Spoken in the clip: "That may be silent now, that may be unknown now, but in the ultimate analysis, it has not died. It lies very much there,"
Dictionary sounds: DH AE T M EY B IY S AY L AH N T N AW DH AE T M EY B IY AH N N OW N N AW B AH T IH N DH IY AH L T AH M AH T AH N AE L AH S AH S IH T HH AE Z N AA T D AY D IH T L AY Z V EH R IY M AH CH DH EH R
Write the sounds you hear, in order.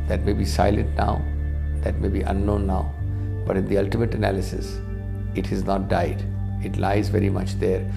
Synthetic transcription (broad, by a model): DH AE T M EY B IY S AY L AH N T N AW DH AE T M EY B IY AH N N OW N N AW B AH T IH N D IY AH L T AH M AH T AH N AE L AH S AH S IH T HH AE Z N AA T D AY D IH T L AY Z V EH R IY M AH CH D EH R